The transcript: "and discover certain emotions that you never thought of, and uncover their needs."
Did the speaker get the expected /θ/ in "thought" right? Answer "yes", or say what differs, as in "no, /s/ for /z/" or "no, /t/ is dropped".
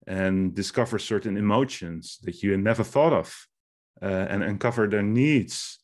yes